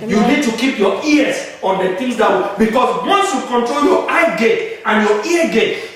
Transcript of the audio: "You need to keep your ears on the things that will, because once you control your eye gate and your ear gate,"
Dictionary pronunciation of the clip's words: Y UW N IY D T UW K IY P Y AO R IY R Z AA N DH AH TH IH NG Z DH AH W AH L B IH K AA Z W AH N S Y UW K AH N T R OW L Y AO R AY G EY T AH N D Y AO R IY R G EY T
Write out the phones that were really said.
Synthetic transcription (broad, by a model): Y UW N IY D T UW K IY P Y AO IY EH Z AA N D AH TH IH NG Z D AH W B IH K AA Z W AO N S Y UW K AH N T R OW L Y AO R AY G EY T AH N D Y AO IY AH G EY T